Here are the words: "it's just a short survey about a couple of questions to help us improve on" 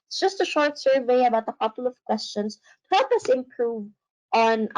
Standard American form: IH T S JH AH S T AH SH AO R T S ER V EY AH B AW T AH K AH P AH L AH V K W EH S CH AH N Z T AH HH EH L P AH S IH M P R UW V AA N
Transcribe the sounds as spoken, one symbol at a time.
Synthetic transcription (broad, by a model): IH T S JH AH S T AH SH AO R T S ER V EY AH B AW T AH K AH P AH L AH V K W EH S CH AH N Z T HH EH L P AH S IH M P R UW V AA N